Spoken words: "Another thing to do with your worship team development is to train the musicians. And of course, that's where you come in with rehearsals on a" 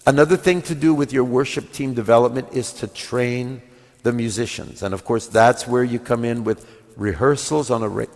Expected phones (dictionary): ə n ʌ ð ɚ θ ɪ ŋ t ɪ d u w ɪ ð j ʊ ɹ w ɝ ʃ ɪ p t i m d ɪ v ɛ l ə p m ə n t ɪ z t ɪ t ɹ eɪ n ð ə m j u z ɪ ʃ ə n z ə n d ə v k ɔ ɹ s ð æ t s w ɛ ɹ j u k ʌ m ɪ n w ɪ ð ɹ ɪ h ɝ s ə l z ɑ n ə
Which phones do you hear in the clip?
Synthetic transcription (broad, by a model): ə n ʌ ð ɚ θ ɪ ŋ t ɪ d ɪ w ɪ ð j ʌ ɹ w ɝ ʃ ɪ p t i m d ɪ v ɛ l ə p m ə n t ɪ z t ɪ t ɹ eɪ n ð ə m j u z ɪ ʃ ə n z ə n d ə v k ɔ ɹ s ð æ t s w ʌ ɹ j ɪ k ʌ m ɪ n w ɪ ð ɹ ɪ h ɝ s l z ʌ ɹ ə